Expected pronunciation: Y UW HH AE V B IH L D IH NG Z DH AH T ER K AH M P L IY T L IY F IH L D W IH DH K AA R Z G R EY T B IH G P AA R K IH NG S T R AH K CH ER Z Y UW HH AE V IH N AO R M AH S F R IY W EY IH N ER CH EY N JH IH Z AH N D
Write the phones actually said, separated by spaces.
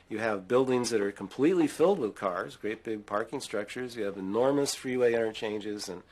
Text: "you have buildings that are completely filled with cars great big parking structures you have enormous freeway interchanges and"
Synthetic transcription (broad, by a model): Y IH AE V B IH L D IH NG Z DH AH T ER K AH M P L IY T L IY F IH L D W IH DH K AA R Z G R EY T B IH G P AA R K IH NG S T R AH K CH ER Z Y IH V IH N AO R M AH S F R IY W EY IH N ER CH EY N JH IH Z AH N